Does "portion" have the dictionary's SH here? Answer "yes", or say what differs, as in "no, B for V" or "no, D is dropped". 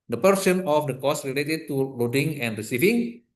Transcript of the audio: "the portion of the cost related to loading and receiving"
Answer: no, S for SH